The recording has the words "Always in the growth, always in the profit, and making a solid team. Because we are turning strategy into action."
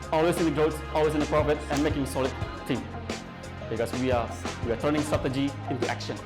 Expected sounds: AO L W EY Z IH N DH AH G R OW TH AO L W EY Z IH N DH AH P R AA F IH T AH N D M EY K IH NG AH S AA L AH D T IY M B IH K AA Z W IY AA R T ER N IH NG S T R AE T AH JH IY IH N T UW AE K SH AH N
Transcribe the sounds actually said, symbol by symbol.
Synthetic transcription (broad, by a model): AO L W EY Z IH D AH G R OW S AO L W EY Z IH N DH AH P R AA F IH T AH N M EY K IH NG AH S AA L AH D T IY M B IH K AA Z W IY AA W T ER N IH NG S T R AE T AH JH IY IH N T UW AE K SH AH N